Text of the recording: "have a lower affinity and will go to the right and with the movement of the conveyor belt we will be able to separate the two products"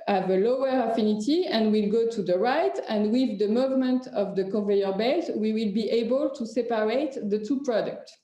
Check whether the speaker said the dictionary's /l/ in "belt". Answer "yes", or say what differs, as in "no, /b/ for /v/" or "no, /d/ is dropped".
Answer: no, /l/ is dropped